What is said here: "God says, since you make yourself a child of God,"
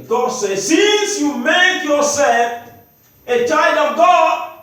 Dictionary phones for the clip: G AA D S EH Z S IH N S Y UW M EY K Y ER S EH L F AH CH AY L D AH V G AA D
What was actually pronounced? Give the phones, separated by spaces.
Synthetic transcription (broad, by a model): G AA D S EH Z S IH N S Y UW M EY K Y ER S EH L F AH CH AY D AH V G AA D